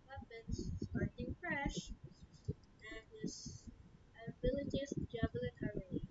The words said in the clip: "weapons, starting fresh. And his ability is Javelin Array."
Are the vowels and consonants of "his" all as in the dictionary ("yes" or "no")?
no